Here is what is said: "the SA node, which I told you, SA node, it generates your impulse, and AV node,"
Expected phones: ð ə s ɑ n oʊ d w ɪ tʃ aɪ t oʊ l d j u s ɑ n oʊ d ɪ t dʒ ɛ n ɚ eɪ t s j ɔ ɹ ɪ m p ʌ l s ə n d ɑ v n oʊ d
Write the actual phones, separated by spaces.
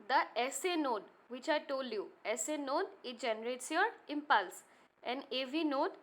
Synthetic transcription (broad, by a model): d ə s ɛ n oʊ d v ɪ tʃ aɪ t oʊ l d j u s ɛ n oʊ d ɪ t dʒ ɛ n ɚ eɪ t s j ɔ ɹ ɪ m p ʌ l s ə n d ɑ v n oʊ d